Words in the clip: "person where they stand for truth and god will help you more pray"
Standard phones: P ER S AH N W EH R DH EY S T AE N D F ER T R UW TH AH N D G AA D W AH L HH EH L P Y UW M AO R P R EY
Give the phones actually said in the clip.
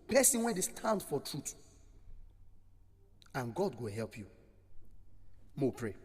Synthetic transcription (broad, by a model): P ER S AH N W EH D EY S T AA N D F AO T R UW T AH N G AA D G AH HH EH L P Y UW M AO P R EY